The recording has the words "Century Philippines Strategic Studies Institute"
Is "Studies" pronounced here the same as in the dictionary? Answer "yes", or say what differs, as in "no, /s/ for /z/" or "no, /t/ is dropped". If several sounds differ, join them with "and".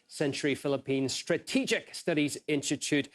yes